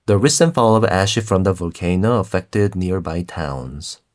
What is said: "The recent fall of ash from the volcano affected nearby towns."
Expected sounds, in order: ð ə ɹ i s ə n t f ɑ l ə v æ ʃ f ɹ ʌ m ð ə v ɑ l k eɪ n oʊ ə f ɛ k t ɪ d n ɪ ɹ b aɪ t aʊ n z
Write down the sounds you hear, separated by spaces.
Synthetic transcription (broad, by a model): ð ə ɹ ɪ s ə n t f ɑ l ə v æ ʃ f ɹ ʌ m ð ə v ɑ l k eɪ n oʊ ə f ɛ k t ɪ d n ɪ ɹ b aɪ t aʊ n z